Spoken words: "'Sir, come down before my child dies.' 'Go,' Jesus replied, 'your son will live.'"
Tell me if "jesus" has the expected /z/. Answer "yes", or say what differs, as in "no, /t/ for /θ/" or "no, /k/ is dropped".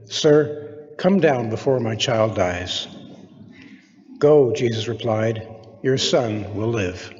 yes